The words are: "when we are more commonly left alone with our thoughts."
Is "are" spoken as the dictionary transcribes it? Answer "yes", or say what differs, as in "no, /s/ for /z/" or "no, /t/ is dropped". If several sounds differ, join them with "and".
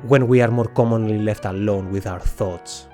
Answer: yes